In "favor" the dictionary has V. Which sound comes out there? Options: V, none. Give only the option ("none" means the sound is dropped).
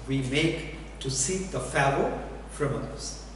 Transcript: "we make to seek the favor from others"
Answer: none